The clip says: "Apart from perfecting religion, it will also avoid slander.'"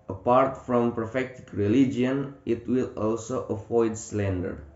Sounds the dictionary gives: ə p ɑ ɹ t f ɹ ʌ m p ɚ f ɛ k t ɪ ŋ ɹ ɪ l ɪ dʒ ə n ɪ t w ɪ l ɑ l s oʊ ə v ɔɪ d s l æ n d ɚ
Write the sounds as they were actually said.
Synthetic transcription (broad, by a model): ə p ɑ ɹ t f ɹ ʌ m p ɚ f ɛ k t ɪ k ɹ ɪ l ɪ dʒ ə n ɪ t w ɪ l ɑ l s oʊ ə f ɔɪ d s l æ n d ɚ